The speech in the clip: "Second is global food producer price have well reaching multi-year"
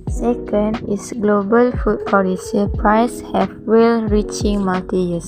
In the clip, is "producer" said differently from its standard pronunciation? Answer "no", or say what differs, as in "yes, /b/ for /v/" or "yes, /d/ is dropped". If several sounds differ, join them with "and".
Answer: yes, /ɹ/ is dropped